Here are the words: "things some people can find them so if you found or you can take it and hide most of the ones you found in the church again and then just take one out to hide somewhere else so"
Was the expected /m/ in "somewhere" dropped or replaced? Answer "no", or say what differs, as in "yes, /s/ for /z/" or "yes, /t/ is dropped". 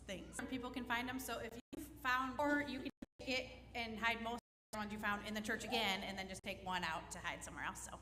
no